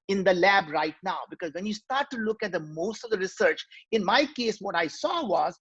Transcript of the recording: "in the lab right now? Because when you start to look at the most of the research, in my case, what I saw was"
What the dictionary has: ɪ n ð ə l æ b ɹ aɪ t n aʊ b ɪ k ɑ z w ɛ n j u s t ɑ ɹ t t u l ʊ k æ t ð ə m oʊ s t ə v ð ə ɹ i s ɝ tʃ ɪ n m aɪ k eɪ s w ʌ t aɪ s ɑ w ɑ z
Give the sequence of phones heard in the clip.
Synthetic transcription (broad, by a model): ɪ n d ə l æ b ɹ aɪ t n aʊ b ɪ k ɑ z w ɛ n j u s t ɑ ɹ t t u l ʊ k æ t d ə m oʊ s t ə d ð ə ɹ i s ɝ tʃ ɪ n m aɪ k eɪ s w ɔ t aɪ s ɑ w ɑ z